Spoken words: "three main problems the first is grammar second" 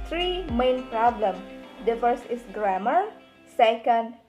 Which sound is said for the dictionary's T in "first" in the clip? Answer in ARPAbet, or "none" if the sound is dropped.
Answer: none